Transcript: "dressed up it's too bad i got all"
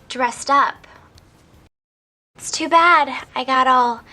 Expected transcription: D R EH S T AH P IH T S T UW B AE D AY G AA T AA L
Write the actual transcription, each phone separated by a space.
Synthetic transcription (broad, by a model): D R EH S T AH P IH T S T UW B AE D AY G AA T AA L